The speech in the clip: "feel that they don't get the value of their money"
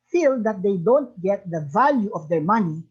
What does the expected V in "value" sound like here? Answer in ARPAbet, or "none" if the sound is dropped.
V